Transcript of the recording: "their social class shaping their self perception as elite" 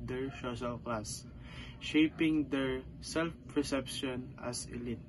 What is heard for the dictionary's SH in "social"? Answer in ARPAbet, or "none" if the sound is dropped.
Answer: S